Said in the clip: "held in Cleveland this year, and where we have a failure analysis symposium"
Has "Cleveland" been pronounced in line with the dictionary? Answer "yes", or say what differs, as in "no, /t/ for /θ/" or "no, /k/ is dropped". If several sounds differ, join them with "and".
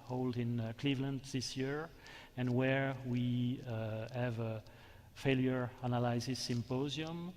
yes